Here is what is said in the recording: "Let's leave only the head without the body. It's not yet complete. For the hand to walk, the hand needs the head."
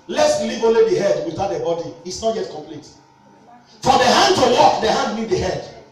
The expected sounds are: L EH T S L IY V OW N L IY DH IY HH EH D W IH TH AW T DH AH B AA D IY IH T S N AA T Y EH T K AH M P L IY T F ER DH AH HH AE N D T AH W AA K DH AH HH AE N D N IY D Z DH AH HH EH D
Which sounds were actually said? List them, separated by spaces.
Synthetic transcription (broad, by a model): L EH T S L IY V OW N L IY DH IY HH EH D W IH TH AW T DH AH B AA D IY IH T S N AA T Y EH T K AH M P L IY T F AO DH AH HH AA N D T AH W AA K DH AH HH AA N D L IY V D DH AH HH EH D